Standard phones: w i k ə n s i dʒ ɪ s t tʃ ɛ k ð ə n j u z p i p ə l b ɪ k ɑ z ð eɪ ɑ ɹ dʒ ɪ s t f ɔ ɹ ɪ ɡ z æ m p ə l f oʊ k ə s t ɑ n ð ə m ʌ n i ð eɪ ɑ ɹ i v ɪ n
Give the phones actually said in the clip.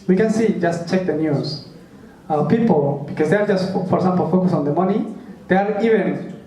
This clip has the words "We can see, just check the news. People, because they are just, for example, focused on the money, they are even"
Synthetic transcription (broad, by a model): w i k ə n s i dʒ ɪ s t tʃ ɛ k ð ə n j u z p i p ə l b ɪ k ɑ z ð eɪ ɑ ɹ dʒ ɪ s t f ɔ ɹ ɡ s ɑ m p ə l f oʊ k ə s ɑ n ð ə m ʌ n i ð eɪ ɑ ɹ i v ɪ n